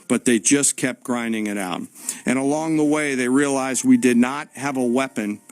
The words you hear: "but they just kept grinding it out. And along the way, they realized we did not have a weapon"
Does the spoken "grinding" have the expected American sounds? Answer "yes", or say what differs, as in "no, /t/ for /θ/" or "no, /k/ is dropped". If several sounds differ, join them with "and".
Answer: yes